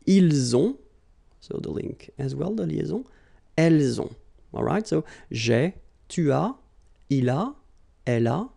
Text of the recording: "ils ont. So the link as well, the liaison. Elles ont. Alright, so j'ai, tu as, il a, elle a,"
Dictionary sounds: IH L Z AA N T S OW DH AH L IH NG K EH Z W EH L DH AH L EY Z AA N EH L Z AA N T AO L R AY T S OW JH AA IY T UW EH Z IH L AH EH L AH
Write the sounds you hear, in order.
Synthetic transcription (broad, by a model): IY L Z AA S OW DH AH L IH NG K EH Z W EH L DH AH L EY Z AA EH L Z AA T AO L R AY T S OW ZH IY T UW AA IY L AH EH L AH